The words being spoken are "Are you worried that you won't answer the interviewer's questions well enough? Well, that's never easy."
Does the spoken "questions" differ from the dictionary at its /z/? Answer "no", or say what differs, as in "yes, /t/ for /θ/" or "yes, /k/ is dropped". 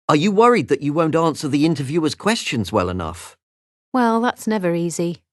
no